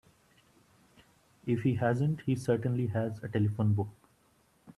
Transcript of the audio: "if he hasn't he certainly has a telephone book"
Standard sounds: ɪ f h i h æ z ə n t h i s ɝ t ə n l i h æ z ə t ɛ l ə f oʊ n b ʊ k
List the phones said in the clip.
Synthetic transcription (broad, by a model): ɪ f h i h æ z ə n t h i s ɝ t ə n l i h æ z ə t ɛ l ə f oʊ n b ʊ k